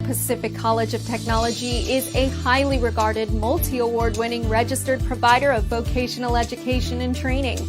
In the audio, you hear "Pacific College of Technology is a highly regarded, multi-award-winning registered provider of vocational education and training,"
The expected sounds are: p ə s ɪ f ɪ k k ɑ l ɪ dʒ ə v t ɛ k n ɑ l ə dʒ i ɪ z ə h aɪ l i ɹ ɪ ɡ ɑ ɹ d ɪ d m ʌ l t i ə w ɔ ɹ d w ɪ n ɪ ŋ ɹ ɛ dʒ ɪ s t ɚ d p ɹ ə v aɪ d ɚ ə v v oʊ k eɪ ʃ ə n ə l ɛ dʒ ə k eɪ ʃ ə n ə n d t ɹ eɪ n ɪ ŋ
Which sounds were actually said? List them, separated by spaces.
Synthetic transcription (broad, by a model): p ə s ɪ f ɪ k k ɑ l ɪ dʒ ə v t ɛ k n ɑ l ə dʒ i ɪ z ə h aɪ l i ɹ ɪ ɡ ɑ ɹ d ɪ d m ʌ l t i ə w ɔ ɹ d w ɪ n ɪ ŋ ɹ ɛ dʒ ɪ s t ɚ d p ɹ ə v aɪ d ɚ ə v v oʊ k eɪ ʃ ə n l ɛ dʒ ə k eɪ ʃ ə n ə n t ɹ eɪ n ɪ ŋ